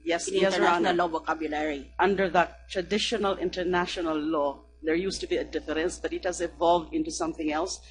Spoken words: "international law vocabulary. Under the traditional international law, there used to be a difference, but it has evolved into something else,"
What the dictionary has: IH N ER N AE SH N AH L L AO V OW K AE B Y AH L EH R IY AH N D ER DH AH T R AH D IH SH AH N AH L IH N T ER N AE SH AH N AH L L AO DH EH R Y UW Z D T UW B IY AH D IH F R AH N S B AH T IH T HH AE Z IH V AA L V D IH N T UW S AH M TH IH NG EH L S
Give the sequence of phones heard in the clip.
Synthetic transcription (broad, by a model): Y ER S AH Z L AO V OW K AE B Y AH L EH R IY AH N D ER DH AH T R AH D IH SH AH N AH L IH N T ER N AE SH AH N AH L L AO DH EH R Y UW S T UW B IY AH D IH F R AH N S B AH T IH T HH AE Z IH V AA L V D IH N T UW S AH M TH IH NG EH L S